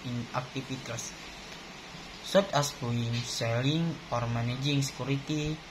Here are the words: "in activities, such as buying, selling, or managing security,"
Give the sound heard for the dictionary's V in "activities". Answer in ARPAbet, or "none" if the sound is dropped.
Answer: F